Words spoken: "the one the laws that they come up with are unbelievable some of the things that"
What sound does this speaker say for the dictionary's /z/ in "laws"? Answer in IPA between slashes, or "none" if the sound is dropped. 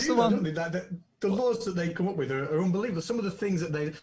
/z/